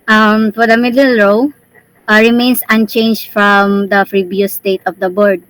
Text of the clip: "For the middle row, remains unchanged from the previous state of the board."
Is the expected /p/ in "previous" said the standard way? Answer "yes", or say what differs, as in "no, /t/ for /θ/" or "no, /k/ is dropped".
no, /f/ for /p/